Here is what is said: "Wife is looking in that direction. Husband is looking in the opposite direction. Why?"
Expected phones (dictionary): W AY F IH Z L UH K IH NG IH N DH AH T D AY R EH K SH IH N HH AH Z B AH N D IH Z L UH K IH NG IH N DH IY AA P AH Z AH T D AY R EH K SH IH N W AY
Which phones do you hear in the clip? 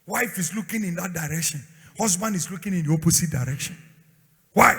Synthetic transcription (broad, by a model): W AY F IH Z L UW K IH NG IH N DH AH T D AY R EH K SH IH N HH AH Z B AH N D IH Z L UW K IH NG IH N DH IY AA P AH S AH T D AY R EH K SH IH N W AY